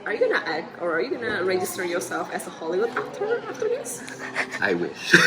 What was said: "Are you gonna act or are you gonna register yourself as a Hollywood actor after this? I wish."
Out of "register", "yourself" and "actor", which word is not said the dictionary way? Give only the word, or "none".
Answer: actor